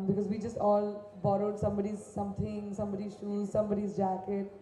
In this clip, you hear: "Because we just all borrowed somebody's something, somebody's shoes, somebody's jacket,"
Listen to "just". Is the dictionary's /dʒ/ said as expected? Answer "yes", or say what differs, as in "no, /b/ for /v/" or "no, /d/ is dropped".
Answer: yes